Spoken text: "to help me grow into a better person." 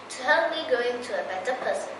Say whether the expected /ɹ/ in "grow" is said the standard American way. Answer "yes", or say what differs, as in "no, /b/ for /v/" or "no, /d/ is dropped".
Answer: no, /ɹ/ is dropped